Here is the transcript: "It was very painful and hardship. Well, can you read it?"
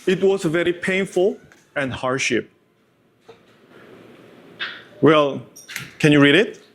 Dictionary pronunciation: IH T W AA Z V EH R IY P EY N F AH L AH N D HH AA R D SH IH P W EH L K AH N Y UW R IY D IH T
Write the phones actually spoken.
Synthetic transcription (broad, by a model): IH T W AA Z V EH R IY P EY N F AH L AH N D HH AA R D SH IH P W EH L K AH N Y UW R IY D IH T